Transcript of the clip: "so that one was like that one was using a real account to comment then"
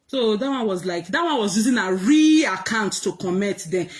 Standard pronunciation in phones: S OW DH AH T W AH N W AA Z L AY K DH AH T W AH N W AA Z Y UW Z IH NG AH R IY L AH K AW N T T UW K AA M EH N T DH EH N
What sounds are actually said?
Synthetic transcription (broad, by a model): S OW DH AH T W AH N W AA Z L AY K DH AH T W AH N W AA Z Y UW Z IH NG AH R IY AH K AW N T T UW K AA M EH T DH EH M